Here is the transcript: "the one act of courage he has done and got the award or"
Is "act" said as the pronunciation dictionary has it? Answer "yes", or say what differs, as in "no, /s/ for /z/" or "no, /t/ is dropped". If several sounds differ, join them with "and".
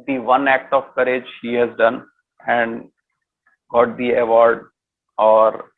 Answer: yes